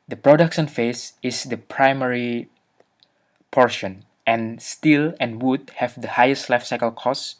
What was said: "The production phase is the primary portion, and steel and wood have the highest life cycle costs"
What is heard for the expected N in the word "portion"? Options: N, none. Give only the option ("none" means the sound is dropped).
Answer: N